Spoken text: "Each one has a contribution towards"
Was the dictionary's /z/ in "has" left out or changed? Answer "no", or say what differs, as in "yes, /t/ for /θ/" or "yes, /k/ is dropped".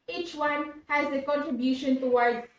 no